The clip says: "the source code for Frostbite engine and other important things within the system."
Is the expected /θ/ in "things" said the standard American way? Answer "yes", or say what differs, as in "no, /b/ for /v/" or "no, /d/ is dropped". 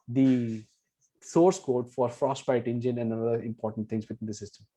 no, /t/ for /θ/